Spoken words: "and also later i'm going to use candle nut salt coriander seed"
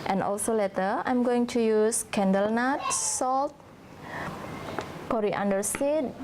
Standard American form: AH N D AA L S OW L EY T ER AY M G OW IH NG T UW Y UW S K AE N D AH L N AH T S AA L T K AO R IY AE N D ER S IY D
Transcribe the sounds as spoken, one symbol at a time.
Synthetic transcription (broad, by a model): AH N AA L S OW L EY T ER AY M G OW IH NG T UW Y UW S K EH N D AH L N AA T S AA L T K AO R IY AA N D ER S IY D